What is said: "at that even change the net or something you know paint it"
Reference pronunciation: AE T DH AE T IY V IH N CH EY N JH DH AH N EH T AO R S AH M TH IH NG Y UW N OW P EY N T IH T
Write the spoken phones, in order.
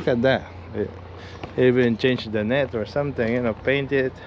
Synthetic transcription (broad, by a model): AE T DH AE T IY V IH N CH EY N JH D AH N EH T AO R S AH M T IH NG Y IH N OW P EY N T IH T